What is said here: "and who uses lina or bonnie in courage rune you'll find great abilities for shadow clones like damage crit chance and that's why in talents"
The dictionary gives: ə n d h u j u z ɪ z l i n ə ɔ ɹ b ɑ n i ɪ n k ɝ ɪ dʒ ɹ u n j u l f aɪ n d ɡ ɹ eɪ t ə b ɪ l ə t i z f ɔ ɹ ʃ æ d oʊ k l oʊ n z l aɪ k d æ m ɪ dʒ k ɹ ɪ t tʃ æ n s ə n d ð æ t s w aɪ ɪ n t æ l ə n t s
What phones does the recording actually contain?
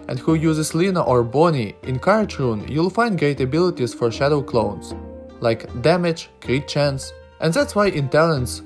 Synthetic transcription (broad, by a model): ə n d h u j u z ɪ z l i n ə ɔ ɹ b ɑ n i ɪ n k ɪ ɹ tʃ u n j u l f aɪ n d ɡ eɪ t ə b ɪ l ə t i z f ɔ ɹ ʃ æ d oʊ k l oʊ n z l aɪ k d æ m ɪ dʒ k ɹ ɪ tʃ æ n s ə n d ð æ t s w aɪ ɪ n t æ l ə n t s